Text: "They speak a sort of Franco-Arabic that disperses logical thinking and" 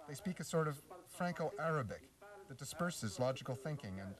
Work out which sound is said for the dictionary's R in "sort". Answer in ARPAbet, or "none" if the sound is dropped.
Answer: R